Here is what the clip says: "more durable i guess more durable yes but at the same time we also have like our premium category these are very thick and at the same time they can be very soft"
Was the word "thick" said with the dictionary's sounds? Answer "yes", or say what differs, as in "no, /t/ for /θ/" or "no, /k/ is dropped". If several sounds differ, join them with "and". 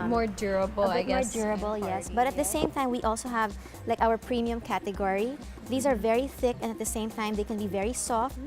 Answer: yes